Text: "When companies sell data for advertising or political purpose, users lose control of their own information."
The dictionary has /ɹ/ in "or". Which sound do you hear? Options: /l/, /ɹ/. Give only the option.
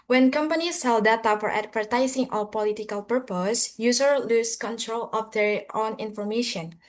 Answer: /l/